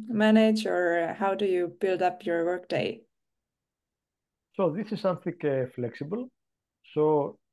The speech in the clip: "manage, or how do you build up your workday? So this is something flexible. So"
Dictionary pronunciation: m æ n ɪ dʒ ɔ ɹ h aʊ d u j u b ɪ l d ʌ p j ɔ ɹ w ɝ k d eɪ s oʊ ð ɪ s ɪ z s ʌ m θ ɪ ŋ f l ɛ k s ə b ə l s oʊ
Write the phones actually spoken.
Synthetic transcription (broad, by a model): m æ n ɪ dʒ ɔ ɹ h aʊ d u j u b ɪ l d ʌ p j ɔ ɹ w ɝ k d eɪ s oʊ ð ɪ s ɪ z s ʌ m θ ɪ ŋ f l ɛ k s ə b ə l s oʊ